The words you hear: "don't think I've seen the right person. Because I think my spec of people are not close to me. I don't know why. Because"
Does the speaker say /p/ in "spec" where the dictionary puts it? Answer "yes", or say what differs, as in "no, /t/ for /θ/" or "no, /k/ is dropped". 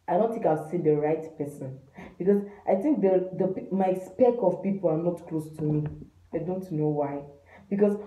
yes